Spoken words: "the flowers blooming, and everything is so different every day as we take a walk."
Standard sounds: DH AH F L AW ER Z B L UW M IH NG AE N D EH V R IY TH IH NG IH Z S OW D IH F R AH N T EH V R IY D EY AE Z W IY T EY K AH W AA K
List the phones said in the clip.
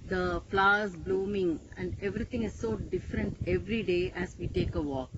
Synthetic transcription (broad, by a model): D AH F L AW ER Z B L UW M IH NG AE N D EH V R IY T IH NG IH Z S OW D IH F R AH N T EH V R IY D EY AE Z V IY T EY K AH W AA K